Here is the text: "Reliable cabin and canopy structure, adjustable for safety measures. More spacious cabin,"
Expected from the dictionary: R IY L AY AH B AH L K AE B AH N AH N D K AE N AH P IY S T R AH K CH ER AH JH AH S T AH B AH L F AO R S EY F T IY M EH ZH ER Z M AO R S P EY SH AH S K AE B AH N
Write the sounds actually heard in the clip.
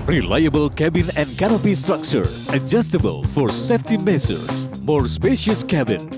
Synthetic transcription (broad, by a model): R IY L AY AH B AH L K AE B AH N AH N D K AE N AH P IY S T R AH K CH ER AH JH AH S T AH B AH L F AO R S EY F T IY M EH S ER S M AO R S P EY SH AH S K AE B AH N